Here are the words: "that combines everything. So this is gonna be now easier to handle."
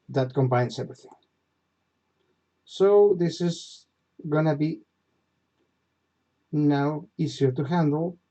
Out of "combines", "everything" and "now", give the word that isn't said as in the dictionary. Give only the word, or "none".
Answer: combines